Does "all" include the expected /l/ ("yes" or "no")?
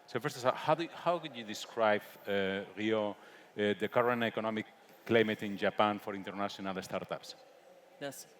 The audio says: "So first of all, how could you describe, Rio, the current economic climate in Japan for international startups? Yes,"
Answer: no